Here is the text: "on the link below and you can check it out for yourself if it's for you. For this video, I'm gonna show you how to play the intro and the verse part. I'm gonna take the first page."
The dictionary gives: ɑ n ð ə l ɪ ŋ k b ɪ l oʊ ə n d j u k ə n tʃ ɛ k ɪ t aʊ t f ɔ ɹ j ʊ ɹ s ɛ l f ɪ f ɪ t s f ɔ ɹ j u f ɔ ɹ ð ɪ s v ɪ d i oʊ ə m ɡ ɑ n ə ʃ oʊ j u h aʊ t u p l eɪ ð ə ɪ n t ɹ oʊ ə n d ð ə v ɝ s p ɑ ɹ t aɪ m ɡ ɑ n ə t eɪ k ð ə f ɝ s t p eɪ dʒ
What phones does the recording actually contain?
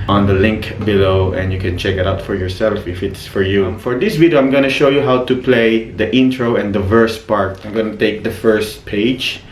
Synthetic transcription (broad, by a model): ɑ n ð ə l ɪ ŋ k b ɪ l oʊ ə n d j u k ə n tʃ ɛ k ɪ t aʊ t f ɔ ɹ j ʊ ɹ s ɛ l f ɪ f ɪ t s f ɔ ɹ j u f ɔ ɹ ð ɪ s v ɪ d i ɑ ə m ɡ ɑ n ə ʃ oʊ j u h aʊ t u p l eɪ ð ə ɪ n t ɹ oʊ ə n d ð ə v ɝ s p ɑ ɹ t aɪ m ɡ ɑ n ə t eɪ k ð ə f ɝ s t p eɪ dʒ